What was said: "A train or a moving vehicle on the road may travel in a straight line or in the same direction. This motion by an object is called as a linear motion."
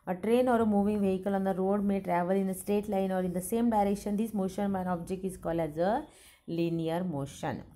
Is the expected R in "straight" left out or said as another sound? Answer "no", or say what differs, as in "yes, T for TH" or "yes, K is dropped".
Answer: yes, R is dropped